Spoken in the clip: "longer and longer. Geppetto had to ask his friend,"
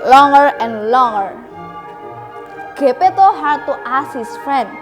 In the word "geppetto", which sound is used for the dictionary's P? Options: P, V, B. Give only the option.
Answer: P